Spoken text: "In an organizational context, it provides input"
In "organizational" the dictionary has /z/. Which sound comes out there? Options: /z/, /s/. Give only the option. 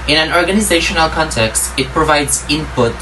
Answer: /z/